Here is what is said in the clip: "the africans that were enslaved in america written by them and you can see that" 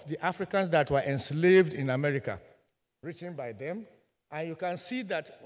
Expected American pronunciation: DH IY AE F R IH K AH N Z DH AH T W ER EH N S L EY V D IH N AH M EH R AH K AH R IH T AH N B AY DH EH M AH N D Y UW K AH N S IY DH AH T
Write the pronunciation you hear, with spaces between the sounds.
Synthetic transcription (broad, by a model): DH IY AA F R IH K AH N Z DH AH T W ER EH N S L EY V D IH N AH M EH R AH K AH R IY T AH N B AY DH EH M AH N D Y UW K AH N S IY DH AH T